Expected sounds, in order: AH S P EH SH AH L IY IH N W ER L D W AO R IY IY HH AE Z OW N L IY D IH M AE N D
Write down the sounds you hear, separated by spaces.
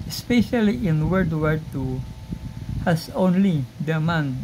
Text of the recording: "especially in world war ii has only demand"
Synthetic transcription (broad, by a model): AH S P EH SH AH L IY IH N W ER D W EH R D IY HH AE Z OW N L IY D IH M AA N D